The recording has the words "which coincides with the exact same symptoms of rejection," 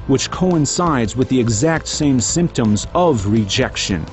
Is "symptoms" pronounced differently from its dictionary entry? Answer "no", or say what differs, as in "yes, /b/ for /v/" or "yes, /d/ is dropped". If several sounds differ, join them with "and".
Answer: no